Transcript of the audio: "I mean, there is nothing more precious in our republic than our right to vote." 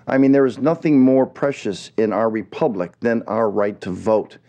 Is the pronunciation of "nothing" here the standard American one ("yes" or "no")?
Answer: yes